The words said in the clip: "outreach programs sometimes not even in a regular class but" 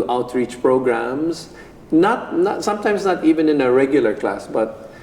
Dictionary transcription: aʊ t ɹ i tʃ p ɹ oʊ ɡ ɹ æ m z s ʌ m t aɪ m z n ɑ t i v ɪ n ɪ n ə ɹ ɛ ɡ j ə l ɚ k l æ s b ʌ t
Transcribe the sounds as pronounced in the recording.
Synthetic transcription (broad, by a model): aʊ t ɹ i tʃ p ɹ oʊ ɡ ɹ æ m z s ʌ m t aɪ m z n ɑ t i v ɪ n ɪ n ə ɹ ɛ ɡ j ə l ɚ k l æ s b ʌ t